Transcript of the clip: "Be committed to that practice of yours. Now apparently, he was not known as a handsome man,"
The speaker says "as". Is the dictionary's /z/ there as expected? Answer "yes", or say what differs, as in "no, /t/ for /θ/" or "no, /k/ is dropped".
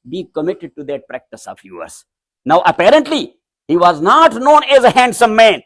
yes